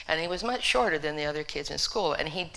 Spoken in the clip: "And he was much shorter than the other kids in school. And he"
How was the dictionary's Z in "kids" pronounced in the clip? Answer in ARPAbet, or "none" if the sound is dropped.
Z